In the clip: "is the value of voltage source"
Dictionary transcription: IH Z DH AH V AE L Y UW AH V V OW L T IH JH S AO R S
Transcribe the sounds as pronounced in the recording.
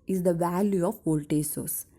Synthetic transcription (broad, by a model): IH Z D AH V AE L Y UW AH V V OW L T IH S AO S